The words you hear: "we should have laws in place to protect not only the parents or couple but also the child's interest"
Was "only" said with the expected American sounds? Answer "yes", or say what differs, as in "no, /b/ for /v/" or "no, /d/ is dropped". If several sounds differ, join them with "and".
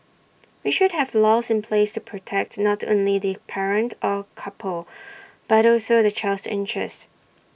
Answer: yes